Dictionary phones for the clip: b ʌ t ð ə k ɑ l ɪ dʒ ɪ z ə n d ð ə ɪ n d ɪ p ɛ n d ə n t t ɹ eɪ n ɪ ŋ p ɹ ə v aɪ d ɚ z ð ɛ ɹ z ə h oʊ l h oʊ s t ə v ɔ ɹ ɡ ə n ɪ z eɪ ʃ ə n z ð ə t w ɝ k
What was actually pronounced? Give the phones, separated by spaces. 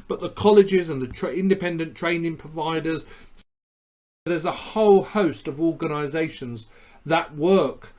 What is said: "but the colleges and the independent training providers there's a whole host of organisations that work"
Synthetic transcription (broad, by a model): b ʌ t ð ə k ɑ l ɪ dʒ ɪ z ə n ð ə ɪ n d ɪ p ɛ n d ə n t t ɹ eɪ n ɪ ŋ p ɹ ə v aɪ d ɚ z ð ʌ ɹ z ə h oʊ l h oʊ s t ə v ɔ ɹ ɡ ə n ɪ z eɪ ʃ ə n z ð ə t w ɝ k